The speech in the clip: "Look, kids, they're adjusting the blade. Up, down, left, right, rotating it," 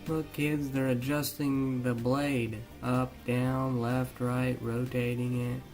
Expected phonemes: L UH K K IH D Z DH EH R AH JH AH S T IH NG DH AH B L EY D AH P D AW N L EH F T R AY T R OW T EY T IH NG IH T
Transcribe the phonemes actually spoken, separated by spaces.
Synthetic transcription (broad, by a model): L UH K K IH D Z DH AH R AH JH AH S T IH NG DH AH B L EY D AH P D AW N L EH F T R AY T R OW T EY T IH NG IH T